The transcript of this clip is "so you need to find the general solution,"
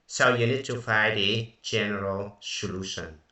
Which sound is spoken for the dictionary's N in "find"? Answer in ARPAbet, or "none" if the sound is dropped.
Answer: none